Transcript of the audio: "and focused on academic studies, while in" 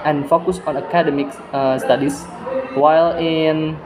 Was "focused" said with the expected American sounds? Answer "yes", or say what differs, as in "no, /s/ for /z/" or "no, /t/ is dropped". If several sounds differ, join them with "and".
no, /t/ is dropped